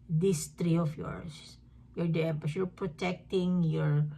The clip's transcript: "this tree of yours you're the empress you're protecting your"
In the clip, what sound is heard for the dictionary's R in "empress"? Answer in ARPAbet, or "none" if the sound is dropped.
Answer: none